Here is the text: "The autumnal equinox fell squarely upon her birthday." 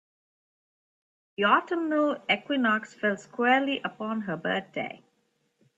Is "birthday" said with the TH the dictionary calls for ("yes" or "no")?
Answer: no